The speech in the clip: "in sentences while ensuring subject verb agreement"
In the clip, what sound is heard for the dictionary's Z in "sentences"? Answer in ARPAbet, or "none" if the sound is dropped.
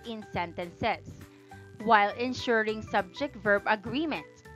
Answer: S